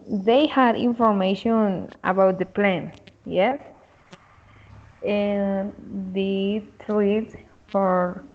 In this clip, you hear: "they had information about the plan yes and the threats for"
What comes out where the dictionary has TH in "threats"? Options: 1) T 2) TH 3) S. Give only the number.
1